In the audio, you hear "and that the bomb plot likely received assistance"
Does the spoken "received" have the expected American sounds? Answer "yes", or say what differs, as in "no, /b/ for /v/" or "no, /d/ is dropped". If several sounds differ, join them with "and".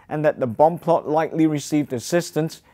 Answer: yes